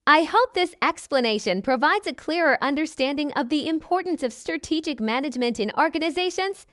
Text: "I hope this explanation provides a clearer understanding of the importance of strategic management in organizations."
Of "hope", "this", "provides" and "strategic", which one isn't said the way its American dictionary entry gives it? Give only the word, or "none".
none